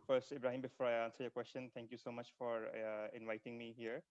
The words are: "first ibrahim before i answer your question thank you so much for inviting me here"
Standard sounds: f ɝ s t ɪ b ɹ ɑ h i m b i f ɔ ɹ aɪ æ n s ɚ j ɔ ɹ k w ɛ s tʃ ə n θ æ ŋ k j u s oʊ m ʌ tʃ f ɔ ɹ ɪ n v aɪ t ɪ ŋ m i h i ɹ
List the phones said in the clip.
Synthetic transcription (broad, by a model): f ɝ s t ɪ b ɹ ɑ h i m b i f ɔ ɹ aɪ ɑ n s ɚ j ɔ k w ɛ s tʃ ə n t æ ŋ k j u s oʊ m ʌ tʃ f ɔ ɹ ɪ n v aɪ t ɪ ŋ m i h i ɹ